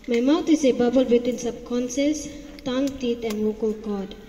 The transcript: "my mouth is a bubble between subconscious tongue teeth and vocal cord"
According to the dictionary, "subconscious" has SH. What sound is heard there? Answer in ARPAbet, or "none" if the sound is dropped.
S